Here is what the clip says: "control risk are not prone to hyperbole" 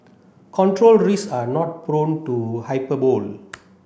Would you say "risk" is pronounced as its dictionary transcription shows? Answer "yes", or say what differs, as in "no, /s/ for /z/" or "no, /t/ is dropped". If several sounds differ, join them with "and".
no, /k/ is dropped